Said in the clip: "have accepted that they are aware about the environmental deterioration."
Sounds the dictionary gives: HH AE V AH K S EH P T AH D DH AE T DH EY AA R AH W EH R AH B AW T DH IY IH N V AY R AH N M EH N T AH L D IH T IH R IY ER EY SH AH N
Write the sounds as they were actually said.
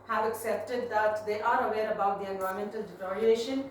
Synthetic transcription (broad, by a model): HH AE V AH K S EH P T AH D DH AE T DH EY AA R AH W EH R AH B AW T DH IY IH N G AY AH M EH N T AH L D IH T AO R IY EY SH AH N